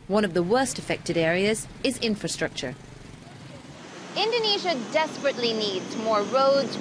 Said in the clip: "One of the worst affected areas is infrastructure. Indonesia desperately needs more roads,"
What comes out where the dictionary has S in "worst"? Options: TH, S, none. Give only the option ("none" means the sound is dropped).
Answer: S